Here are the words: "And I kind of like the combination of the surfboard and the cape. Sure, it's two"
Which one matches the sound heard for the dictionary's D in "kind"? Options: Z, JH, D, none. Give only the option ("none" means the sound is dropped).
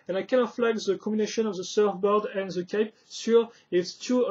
none